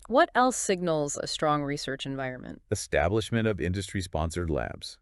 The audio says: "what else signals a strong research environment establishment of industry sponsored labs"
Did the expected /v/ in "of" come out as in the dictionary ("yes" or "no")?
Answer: yes